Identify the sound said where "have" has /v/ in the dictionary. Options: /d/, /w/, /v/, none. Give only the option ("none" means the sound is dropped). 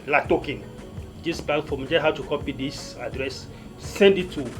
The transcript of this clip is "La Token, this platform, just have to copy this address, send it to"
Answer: /w/